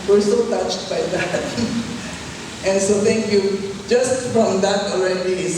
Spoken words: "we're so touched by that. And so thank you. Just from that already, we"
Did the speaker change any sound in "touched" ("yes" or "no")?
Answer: no